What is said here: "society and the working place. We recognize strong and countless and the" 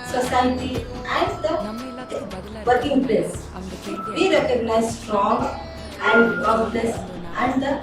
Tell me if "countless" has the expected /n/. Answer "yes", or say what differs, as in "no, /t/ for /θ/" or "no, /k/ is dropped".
no, /n/ is dropped